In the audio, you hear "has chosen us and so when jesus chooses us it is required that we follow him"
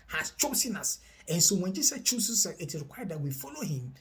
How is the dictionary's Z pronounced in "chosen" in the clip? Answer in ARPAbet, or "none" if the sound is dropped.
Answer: S